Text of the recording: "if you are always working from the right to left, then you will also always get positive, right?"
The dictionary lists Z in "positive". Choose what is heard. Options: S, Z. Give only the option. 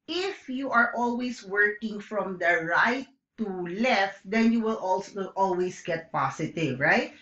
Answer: S